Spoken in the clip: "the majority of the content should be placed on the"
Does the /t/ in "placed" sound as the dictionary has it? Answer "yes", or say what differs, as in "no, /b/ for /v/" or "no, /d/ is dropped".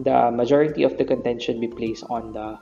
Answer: yes